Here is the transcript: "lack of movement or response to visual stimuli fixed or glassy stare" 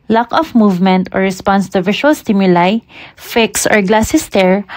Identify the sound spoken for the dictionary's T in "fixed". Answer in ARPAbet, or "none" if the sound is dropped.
none